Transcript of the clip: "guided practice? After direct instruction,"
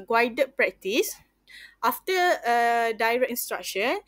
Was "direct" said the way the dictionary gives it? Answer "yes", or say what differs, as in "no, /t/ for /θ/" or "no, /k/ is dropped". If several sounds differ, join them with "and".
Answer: no, /t/ is dropped